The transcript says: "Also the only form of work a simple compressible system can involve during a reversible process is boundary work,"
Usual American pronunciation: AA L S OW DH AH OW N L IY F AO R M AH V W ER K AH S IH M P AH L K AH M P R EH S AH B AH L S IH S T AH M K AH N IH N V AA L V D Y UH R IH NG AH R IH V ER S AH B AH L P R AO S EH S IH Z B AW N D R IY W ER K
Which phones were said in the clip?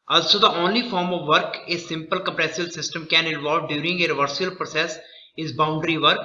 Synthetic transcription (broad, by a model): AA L S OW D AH OW N L IY F AO R M AH V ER K AH S IH M P AH L K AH M P R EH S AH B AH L S IH S T AH M K AH N IH N V AA L V D Y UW R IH NG AH R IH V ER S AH AH L P R AO S EH S IH Z B AW N D R IY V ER K